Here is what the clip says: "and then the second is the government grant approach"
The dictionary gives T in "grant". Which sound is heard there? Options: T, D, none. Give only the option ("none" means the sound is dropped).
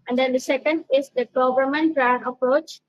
none